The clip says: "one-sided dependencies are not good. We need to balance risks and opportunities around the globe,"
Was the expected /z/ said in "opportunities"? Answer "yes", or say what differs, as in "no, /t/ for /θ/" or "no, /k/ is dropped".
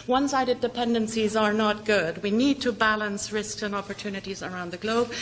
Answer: yes